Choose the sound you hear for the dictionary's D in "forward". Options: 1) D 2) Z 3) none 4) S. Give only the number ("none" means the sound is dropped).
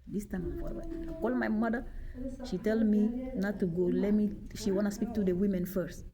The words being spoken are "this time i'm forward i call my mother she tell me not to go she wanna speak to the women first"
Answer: 3